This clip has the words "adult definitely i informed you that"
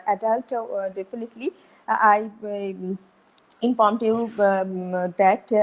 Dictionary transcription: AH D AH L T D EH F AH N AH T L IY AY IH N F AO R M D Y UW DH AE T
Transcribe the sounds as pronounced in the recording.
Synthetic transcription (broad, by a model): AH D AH L T D EH F AH N AH T L IY AY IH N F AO R M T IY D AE T